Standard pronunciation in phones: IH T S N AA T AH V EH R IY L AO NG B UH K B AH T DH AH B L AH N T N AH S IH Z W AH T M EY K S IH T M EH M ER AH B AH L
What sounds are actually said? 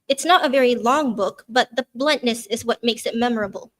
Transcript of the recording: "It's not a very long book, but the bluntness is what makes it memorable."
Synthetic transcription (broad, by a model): IH T S N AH T AH V EH R IY L AO NG B UH K B AH T DH AH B L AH N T N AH S IH Z W AH T M EY K S IH T M EH M ER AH B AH L